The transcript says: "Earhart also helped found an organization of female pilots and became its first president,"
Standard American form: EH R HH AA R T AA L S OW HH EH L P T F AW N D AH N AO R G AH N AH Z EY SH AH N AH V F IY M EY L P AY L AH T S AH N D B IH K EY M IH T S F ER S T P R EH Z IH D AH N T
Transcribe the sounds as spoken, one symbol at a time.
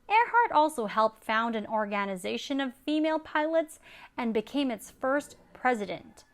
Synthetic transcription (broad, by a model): EH R HH AA R T AA L S OW HH EH L P T F AW N D AH N AO R G AH N AH Z EY SH AH N AH V F IY M EY L P AY L AH T S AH N B IH K EY M IH T S F ER S T P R EH Z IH D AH N T